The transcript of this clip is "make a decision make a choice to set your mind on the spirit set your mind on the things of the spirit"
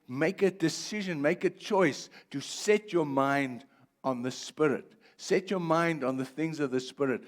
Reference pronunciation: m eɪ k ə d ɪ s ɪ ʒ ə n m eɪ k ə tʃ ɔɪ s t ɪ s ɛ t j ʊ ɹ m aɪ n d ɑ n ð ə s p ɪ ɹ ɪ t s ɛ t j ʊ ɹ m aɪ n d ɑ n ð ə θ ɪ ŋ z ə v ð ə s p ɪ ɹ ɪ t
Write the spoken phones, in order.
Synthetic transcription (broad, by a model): m eɪ k ə d ɪ s ɪ ʒ ə n m eɪ k ə tʃ ɔɪ s t ɪ s ɛ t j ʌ ɹ m aɪ n d n ð ə s p ɪ ɹ ɪ t s ɛ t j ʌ ɹ m aɪ n d n ð ə θ ɪ ŋ z ə v ð ə s p ɪ ɹ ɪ t